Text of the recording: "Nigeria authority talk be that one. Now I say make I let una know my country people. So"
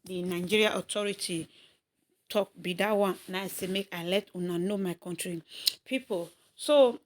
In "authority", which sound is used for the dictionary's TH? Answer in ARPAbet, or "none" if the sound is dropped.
T